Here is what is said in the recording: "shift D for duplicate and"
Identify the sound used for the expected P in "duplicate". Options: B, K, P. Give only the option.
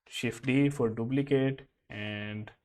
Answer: B